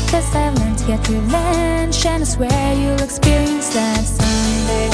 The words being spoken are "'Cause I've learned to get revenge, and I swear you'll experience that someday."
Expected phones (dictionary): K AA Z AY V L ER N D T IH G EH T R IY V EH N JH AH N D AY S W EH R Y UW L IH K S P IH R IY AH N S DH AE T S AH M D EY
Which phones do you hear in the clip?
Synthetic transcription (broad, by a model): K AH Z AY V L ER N T IH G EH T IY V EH N SH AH N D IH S W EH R Y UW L IH K S P IH R IY AH N S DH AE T S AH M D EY